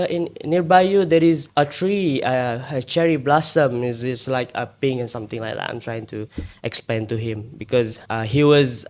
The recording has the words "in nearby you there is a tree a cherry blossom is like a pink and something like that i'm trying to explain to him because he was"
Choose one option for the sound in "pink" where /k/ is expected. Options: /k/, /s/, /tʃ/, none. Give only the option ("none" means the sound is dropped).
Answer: none